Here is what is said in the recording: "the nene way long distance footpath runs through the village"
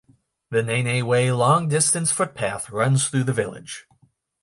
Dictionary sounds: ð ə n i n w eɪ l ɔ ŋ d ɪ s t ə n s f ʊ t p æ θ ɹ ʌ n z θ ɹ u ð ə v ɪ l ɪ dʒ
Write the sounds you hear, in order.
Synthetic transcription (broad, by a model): ð ə n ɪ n w eɪ l ɔ ŋ d ɪ s t ə n s f ʊ t p æ θ ɹ ʌ n z θ ɹ u ð ə v ɪ l ɪ dʒ